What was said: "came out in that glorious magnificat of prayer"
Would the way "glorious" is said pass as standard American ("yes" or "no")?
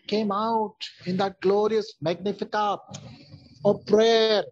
yes